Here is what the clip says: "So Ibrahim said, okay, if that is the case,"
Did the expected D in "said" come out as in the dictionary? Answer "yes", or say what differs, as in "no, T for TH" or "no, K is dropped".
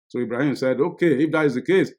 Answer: yes